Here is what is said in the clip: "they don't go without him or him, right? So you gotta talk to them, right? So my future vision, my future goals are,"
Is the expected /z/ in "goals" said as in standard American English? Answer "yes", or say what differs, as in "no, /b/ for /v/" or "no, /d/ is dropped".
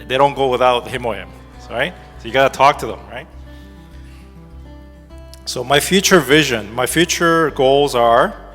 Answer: yes